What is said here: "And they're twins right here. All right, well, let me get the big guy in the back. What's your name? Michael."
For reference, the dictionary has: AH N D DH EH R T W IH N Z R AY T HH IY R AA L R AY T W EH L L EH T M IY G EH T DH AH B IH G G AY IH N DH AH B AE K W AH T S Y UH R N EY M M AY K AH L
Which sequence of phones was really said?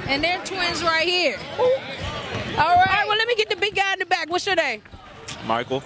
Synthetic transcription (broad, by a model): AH N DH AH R T W IH N Z R AY T HH IY R AA L R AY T W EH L L EH T M IY G EH T DH AH B IH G G AY IH N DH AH B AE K W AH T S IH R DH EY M M AY K L